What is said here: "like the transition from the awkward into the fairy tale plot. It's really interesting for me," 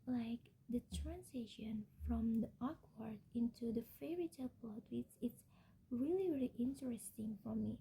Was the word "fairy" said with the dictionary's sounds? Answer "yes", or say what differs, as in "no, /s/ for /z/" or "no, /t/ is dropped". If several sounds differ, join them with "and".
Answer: yes